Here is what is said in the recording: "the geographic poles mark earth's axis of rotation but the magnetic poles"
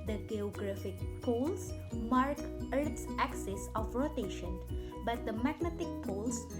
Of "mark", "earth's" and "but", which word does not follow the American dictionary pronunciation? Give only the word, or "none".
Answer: earth's